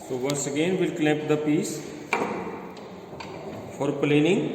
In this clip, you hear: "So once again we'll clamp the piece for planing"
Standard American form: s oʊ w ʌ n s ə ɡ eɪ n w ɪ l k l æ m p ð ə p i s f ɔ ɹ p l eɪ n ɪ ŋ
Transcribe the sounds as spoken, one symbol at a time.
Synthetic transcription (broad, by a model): s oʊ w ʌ n s ə ɡ eɪ n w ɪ l k l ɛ p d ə p i s f ɔ ɹ p l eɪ n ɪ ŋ